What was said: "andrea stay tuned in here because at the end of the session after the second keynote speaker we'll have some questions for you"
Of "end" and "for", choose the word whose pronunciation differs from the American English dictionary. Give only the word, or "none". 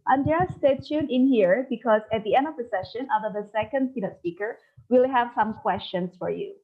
none